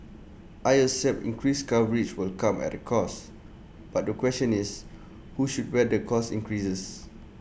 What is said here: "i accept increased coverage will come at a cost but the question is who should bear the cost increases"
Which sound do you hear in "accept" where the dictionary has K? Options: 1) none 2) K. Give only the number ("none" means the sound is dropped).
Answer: 1